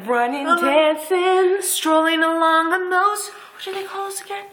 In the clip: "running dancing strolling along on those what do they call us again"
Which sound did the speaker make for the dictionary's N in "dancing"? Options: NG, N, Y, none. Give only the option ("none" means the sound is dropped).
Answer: none